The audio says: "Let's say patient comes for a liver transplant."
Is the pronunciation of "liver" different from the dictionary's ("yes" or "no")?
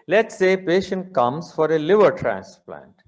no